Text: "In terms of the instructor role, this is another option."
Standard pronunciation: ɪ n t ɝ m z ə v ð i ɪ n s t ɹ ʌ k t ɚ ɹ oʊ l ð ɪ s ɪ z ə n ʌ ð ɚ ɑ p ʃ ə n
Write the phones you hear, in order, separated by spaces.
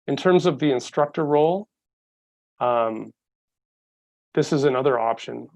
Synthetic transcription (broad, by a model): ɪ n t ɝ m z ə v ð i ɪ n s t ɹ ʌ k t ɚ ɹ oʊ l ð ɪ s ɪ z ə n ʌ ð ɚ ɑ p ʃ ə n